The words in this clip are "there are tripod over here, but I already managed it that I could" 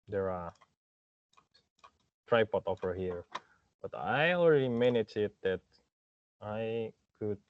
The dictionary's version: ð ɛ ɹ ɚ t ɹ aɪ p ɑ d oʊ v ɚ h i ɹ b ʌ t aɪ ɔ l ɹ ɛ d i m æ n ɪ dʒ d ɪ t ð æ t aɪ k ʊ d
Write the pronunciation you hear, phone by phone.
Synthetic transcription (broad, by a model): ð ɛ ɹ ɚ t ɹ aɪ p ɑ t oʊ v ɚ h i ɹ b ʌ t aɪ ɔ l ɹ ɛ d i m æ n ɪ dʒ ɪ t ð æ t aɪ k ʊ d